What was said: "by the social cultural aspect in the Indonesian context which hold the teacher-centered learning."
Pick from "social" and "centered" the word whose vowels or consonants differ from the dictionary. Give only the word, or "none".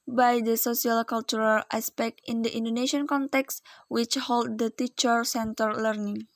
social